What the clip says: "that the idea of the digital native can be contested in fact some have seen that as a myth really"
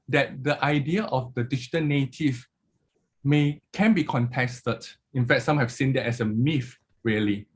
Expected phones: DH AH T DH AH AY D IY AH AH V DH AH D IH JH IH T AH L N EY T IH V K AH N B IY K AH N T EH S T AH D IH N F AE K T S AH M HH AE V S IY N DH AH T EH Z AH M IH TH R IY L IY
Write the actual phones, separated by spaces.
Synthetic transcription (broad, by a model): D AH T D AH AY D IY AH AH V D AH D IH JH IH T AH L N EY T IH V K AH N B IY K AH N T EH S T AH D IH N F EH K T S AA M HH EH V S IY N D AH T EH S AH M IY F R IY L IY